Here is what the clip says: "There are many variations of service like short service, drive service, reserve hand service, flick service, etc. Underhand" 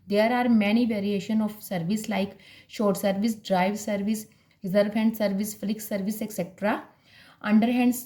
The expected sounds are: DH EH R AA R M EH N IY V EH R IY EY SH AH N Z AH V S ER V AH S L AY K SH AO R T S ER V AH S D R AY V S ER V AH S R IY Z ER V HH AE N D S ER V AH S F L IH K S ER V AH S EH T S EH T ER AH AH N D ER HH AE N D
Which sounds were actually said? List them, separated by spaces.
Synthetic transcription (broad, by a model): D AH R AA R M EH N IY V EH R IY EY SH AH N AH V S ER V AH S L AY K SH AO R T S ER V AH S D R AY V S ER V AH S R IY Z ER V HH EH N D S ER V AH S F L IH K S ER V AH S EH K S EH T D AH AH N D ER HH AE N D